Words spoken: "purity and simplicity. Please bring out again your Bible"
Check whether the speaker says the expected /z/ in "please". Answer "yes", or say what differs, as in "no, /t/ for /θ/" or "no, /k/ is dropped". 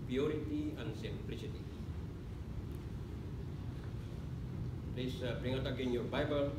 no, /s/ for /z/